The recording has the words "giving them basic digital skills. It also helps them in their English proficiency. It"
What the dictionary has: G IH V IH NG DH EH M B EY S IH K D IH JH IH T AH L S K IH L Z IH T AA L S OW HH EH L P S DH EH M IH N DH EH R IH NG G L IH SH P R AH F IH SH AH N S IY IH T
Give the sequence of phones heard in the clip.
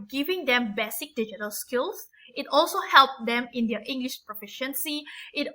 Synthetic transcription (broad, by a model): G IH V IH NG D EH M B EY S IH K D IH JH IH T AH L S K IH L S IH T AA L S OW HH EH L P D EH M IH N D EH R IH NG G L IH SH P R AH F IH SH AH N S IY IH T